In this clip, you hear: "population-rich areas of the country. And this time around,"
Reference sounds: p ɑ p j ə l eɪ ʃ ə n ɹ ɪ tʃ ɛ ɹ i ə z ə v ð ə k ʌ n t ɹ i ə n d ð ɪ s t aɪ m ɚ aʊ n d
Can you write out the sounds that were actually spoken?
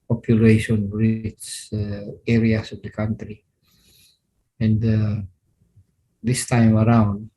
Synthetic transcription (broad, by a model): p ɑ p j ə l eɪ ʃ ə n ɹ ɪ s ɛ ɹ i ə s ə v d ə k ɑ n t ɹ i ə n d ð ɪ s t aɪ m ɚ aʊ n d